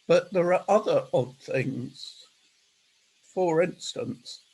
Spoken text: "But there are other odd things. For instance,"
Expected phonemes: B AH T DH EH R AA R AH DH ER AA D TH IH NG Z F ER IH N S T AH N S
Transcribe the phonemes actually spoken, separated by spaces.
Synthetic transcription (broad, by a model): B AH T DH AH R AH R AH DH ER AA D TH IH NG Z F ER IH N S T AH N S